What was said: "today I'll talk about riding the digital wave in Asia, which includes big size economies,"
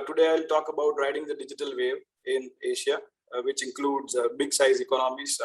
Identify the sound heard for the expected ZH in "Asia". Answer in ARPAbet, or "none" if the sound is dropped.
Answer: SH